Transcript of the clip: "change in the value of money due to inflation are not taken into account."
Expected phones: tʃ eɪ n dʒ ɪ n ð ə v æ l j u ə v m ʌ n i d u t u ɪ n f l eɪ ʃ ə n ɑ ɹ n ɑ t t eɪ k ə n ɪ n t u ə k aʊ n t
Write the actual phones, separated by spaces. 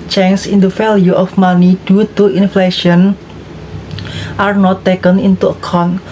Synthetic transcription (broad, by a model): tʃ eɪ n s ɪ n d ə f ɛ l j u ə f m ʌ n i d u t u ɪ n f l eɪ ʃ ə n ɑ ɹ n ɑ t t eɪ k ə n ɪ n t u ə k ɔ n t